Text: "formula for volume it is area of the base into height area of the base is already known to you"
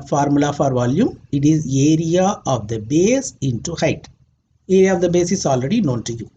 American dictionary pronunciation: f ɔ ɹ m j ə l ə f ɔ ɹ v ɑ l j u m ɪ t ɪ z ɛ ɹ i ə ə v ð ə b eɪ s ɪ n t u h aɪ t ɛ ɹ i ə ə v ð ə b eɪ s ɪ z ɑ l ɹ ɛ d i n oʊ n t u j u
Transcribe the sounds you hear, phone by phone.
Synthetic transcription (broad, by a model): f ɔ ɹ m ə l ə f ɔ ɹ v ɑ l j u m ɪ t ɪ z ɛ ɹ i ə ə v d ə b eɪ s ɪ n t u h aɪ t ɛ ɹ i ə ə v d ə b eɪ s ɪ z ɑ l ɹ ɛ d i n oʊ n t u j u